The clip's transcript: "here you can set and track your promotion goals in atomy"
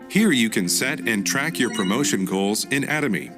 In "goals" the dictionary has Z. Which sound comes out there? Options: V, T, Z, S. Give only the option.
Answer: Z